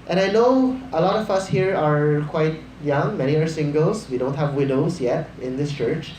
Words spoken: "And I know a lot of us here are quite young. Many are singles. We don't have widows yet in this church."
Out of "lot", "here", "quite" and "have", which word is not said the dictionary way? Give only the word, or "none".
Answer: none